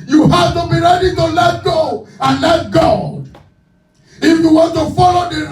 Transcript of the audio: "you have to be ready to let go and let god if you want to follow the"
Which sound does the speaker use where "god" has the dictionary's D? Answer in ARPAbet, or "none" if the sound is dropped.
none